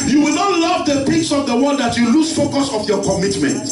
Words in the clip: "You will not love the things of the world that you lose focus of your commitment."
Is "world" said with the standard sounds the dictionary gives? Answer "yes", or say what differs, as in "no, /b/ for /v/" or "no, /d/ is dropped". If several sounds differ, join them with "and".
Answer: no, /n/ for /l/